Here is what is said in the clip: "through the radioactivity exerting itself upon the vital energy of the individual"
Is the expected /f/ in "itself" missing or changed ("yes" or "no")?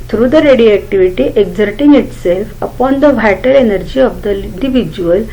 no